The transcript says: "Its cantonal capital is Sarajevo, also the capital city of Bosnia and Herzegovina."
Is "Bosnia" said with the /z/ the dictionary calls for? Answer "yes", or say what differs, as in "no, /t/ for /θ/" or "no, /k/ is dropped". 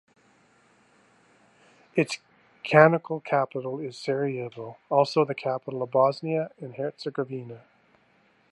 yes